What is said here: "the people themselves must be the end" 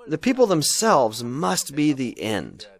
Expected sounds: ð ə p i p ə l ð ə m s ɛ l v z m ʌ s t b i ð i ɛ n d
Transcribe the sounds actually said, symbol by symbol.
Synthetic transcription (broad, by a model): ð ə p i p l ð ə m s ɛ l v z m ʌ s t b i ð i ɛ n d